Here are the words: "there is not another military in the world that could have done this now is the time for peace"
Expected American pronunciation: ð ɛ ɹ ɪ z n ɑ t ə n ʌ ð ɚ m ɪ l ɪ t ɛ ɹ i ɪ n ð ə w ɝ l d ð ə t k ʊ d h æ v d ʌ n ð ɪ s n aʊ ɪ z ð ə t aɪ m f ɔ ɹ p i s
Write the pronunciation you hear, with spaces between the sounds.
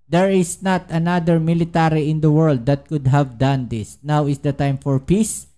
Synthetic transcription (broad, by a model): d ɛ ɹ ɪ s n ɑ t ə n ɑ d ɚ m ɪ l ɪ t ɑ ɹ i ɪ n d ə w ɝ l d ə t k ʊ d h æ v d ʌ n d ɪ s n aʊ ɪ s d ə t aɪ m f ɔ ɹ p i s